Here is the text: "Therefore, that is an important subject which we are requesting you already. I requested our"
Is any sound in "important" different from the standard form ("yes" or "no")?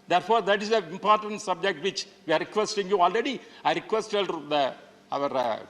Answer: no